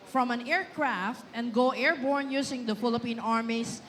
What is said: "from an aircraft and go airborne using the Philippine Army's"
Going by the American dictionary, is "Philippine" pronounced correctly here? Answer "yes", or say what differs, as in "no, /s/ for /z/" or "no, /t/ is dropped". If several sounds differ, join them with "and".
yes